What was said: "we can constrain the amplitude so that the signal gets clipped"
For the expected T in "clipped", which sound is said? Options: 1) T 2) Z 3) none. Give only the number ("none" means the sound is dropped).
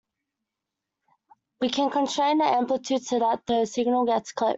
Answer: 3